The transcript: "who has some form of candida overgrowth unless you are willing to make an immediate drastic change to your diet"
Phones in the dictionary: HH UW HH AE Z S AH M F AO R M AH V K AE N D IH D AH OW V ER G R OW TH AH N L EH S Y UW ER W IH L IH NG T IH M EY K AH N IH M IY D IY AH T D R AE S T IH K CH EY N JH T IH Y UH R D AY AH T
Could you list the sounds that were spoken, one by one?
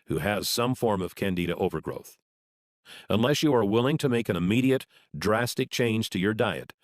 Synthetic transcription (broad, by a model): HH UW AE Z S AH M F AO R M AH V K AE N D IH D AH OW V ER G R OW TH AH N L EH S Y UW ER W IH L IH NG T IH M EY K AH N IH M IY D IY AH T D R AE S T IH K CH EY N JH T IH Y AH R D AY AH T